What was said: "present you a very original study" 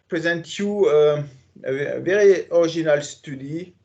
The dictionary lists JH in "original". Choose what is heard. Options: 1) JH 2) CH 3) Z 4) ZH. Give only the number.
4